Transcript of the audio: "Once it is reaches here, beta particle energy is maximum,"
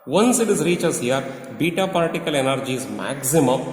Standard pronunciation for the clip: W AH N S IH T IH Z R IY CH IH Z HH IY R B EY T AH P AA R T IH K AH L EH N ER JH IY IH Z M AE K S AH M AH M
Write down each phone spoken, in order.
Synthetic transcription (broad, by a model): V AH N S IH T IH Z R IY CH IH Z HH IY R B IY T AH P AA L T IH K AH L EH N ER JH IY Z M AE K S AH M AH M